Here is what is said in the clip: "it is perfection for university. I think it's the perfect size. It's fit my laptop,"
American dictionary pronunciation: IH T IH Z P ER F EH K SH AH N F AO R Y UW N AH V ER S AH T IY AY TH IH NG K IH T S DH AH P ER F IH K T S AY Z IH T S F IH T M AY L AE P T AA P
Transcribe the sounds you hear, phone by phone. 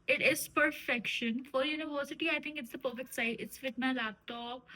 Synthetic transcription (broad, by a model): IH T IH Z P ER F EH K SH AH N F AO R Y UW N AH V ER S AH T IY AY T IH NG K IH T S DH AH P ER F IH K T S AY IH T S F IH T M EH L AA T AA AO